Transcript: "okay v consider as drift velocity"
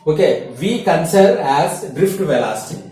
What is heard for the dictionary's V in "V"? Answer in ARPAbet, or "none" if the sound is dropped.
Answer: V